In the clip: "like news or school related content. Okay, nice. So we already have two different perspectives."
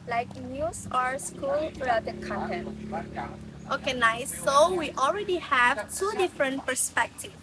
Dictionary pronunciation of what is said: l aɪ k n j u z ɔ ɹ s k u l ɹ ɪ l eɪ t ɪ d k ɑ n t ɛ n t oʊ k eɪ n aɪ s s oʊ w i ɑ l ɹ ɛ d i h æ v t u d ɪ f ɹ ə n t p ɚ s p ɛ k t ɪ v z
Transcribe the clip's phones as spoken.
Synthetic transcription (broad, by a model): l aɪ k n j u s ɔ ɹ s k u l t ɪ eɪ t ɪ k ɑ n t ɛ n t oʊ k eɪ n aɪ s s oʊ w i ɑ l ɹ ɛ d i h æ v t u d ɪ f ɹ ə n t p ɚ s p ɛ k t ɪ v